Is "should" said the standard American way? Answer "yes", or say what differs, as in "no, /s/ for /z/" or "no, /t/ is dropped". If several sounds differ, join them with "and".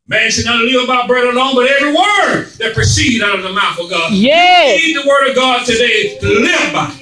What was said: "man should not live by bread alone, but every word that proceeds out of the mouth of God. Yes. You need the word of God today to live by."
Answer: no, /s/ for /ʃ/